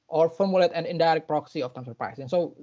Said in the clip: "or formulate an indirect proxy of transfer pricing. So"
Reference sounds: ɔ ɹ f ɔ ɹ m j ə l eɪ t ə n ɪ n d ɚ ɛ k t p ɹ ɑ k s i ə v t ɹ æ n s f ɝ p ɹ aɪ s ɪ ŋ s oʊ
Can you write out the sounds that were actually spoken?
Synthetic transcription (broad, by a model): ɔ ɹ f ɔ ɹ m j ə l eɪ t ə n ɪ n d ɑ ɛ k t p ɹ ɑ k s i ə f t æ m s ɝ p ɹ aɪ s ɪ ŋ s oʊ